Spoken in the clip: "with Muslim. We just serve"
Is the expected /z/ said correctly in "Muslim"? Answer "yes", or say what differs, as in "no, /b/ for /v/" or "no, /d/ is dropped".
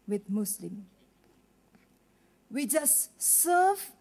no, /s/ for /z/